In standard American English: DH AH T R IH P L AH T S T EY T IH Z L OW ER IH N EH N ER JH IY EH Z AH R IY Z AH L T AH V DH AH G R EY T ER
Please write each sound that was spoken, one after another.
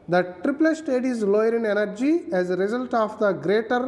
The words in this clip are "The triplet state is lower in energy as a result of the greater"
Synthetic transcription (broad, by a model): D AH T R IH P L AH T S T EY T IH Z L OW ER IH N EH N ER JH IY EH Z AH R IY Z AH L T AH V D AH G R EY T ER